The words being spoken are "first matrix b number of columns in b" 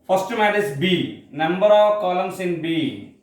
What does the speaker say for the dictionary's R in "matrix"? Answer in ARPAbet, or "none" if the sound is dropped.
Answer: none